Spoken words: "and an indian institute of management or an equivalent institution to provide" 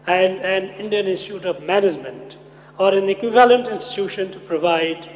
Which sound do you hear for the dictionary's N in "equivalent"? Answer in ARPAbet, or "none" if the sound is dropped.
N